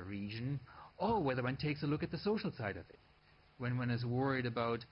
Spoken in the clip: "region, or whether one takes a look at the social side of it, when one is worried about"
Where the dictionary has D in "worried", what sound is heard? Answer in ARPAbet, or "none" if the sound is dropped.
D